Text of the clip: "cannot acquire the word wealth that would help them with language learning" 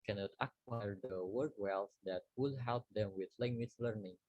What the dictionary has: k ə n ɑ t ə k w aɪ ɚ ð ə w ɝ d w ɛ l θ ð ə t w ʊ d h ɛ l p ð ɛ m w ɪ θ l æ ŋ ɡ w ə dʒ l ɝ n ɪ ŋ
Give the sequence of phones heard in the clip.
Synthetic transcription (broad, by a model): k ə n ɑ t ə k w aɪ ɚ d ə w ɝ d w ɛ l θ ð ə t w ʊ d h ɛ l p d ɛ m w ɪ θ l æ ŋ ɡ w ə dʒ l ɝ n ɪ ŋ